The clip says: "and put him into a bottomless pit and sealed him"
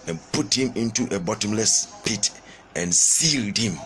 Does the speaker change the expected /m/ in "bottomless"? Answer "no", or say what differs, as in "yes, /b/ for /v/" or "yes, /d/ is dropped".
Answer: no